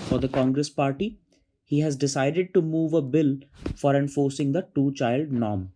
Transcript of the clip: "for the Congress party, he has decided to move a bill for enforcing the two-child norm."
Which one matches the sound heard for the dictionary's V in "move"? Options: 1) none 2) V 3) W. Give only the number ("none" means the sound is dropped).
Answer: 2